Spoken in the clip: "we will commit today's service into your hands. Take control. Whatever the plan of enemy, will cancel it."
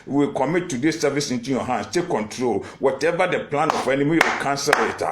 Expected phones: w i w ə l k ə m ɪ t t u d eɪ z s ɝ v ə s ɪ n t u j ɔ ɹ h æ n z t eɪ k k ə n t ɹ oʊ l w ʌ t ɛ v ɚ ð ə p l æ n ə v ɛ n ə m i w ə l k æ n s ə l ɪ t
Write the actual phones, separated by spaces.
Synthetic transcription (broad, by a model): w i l k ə m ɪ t t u d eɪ s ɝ v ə s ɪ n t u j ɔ h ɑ n s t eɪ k k ə n t ɹ oʊ l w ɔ t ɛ v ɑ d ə p l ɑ n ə f ɛ n ə m i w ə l k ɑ n s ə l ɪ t